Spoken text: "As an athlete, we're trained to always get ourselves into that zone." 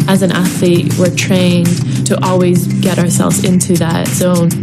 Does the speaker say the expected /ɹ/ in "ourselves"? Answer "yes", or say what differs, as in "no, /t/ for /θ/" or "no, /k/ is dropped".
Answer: yes